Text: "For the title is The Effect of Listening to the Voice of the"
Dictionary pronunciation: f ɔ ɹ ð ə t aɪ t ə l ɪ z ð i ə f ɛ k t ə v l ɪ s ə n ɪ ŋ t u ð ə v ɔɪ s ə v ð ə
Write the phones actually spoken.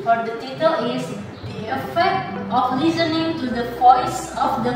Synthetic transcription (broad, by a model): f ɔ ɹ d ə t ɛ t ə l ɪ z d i ə f ɛ k t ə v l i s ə n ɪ ŋ t u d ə p ɔɪ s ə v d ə